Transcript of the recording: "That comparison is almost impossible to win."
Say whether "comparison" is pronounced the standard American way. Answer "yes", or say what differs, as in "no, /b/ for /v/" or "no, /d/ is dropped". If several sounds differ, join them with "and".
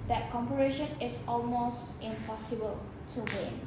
no, /ʃ/ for /s/